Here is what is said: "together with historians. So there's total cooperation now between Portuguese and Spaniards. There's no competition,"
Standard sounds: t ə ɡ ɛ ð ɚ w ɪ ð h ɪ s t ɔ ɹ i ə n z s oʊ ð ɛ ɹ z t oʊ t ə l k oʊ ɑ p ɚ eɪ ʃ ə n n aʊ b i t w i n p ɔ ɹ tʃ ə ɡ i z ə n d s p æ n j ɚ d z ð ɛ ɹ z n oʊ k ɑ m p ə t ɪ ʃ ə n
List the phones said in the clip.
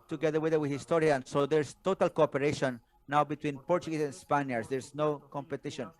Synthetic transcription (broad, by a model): t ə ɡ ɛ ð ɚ w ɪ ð h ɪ s t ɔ ɹ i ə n s oʊ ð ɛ ɹ s t oʊ t ə l k oʊ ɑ p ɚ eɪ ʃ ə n n aʊ b i t w i n p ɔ ɹ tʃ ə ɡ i s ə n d s p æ n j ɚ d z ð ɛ ɹ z n oʊ k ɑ m p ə t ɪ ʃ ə n